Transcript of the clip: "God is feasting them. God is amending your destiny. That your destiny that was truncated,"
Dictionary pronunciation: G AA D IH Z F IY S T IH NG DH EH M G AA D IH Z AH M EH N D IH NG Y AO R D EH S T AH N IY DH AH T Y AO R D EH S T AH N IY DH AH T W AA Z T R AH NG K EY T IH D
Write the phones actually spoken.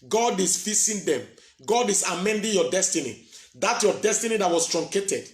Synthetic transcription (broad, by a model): G AA D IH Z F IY S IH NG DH EH M G AA D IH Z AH M EH N D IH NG Y AO D EH S T AH N IY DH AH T Y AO D EH S T AH N IY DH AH T W AA S T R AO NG K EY T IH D